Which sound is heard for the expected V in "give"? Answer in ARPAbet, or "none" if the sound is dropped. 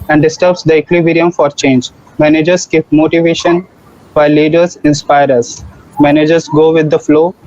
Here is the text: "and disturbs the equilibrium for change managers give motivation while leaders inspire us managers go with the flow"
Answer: P